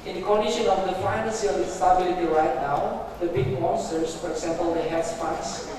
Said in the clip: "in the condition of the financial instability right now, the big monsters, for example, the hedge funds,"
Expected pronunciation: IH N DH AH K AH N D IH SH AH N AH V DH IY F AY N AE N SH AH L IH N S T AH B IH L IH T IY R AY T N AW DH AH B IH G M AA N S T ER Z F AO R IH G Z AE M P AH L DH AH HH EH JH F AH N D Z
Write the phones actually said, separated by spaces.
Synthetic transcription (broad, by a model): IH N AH K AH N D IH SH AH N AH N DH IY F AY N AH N S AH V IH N S T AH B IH L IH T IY R AY T N AW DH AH B IH G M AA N S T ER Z F AO R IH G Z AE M P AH L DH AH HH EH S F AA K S